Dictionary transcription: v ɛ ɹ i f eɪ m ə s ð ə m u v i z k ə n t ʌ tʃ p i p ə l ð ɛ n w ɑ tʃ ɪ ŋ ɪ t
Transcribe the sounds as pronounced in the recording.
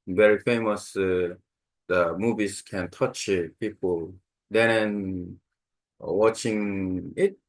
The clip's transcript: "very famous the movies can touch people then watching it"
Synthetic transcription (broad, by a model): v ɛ ɹ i f eɪ m ə s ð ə m u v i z k ə n t ʌ tʃ p i p ə l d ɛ n w ɑ tʃ ɪ ŋ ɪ t